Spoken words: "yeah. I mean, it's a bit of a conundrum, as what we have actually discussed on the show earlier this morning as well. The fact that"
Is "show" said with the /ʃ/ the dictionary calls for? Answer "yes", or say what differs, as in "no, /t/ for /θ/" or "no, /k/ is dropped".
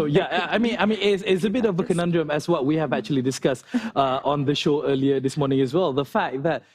yes